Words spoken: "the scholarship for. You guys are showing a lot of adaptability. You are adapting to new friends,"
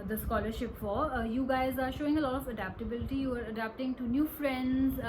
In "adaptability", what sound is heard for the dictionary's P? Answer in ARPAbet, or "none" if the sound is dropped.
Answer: P